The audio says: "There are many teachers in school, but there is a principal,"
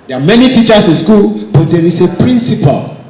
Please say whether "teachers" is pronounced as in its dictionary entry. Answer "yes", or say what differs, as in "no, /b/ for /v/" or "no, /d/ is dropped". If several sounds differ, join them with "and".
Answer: no, /s/ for /z/